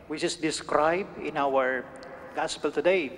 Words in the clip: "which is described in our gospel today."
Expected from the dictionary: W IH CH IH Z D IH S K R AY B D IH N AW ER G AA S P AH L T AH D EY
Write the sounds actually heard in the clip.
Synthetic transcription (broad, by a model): W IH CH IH S D IH S K R AY B D IH N AW ER G AA S P AH L T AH D EY